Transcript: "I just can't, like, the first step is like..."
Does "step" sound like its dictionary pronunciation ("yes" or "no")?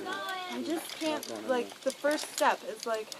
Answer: yes